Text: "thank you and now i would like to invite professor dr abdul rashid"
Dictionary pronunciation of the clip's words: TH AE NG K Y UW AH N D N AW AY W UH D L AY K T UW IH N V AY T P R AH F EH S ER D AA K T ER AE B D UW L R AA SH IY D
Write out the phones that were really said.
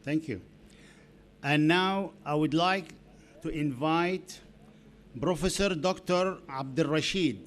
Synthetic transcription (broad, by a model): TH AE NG K Y UW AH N N AW AY W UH D L AY K T UW IH N V AY T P R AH F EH S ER D AA K T ER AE B D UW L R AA SH IY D